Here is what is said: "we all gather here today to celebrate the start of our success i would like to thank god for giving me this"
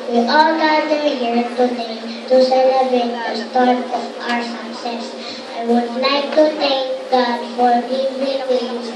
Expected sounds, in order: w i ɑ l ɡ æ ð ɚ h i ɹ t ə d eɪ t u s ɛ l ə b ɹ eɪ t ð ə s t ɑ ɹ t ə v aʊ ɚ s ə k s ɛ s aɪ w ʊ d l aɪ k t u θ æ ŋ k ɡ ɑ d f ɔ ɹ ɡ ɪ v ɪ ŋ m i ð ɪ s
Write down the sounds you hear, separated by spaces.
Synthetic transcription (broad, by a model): w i ɑ l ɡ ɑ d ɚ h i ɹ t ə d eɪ t u s ɛ l ə b ɹ eɪ t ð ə s t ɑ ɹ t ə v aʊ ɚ s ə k s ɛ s aɪ w ʊ d l aɪ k t u t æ ŋ k ɡ ɑ d f ɔ ɹ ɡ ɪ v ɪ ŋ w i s